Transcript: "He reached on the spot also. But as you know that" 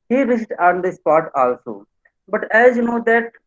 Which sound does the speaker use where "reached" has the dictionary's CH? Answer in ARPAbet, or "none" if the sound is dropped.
S